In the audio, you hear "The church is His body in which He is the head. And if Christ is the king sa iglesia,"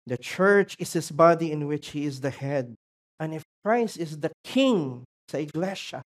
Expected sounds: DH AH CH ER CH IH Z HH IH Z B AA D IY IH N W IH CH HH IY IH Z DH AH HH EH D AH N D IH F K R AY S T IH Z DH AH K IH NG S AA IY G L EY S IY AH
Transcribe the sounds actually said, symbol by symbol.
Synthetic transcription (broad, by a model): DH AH CH ER CH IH S HH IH S B AA D IY IH N W IH CH HH IY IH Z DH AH HH EH D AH N IH F K R AY S T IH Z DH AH K IH NG S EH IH G L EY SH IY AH